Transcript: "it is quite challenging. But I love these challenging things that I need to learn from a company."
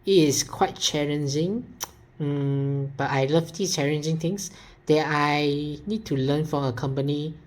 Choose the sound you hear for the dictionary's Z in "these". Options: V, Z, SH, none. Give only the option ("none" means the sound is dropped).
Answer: none